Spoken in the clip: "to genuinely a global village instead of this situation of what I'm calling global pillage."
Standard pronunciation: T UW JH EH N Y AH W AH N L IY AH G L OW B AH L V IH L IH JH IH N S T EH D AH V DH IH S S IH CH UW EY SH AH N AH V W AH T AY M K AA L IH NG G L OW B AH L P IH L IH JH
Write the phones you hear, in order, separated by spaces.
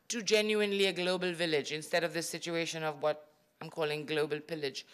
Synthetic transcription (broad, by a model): T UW JH EH N Y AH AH N L IY AH G L OW B AH L V IH L IH JH IH N S T EH D AH V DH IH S S IH CH UW EY SH AH N AH V W AH T AY M K AA L IH NG G L OW B AH L P IH L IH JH